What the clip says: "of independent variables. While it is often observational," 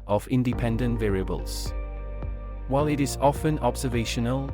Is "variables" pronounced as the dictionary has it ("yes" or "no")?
yes